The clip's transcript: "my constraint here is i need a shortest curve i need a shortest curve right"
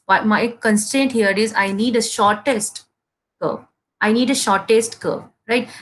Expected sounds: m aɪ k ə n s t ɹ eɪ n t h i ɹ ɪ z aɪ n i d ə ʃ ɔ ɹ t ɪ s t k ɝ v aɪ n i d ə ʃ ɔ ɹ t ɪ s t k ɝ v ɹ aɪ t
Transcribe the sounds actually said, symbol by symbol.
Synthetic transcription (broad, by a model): m aɪ k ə n s t eɪ n t h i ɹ ɪ z aɪ n i d ə ʃ ɔ ɹ t ɪ s t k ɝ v aɪ n i d ə ʃ ɔ ɹ t ɪ s t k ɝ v ɹ aɪ t